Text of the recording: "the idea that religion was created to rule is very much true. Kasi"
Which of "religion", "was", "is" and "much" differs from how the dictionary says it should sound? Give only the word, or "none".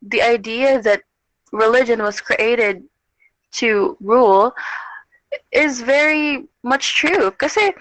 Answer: none